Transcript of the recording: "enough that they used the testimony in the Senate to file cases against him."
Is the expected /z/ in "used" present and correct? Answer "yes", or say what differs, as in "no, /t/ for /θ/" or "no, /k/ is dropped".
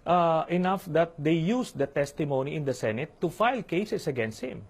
no, /s/ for /z/